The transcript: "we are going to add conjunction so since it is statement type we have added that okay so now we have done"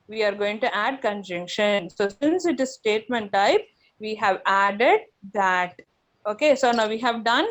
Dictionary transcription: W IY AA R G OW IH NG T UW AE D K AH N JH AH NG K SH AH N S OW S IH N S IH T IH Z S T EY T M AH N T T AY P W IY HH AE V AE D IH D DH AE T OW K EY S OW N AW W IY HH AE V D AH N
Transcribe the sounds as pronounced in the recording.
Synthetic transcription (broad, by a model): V IY AA R G OW IH NG T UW AE D K AH N JH AH NG K SH AH N S OW S IH N S IH T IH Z S T EY T M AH N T T AY P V IY HH AE V AE D IH D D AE T OW K EY S OW N AW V IY HH AE V D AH N